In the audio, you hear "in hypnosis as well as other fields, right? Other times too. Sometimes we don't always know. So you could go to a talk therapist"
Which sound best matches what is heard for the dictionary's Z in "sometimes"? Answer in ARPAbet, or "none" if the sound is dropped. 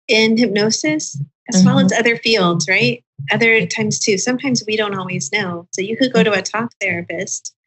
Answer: Z